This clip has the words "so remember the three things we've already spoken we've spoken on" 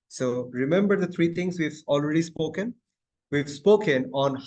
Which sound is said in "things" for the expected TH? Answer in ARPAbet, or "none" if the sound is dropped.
T